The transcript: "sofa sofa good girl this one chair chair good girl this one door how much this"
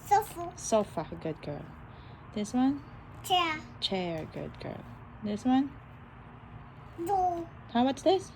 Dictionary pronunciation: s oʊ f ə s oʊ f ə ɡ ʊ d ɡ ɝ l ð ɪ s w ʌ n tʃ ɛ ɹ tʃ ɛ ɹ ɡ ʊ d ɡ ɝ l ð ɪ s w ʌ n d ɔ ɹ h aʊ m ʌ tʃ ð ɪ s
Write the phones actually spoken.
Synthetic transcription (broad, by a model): s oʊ f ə s oʊ f ə ɡ ʊ d ɡ ɝ l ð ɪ s w ʌ n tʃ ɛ tʃ ɛ ɹ ɡ ʊ d ɡ ɝ l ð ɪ s w ʌ n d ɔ h aʊ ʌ s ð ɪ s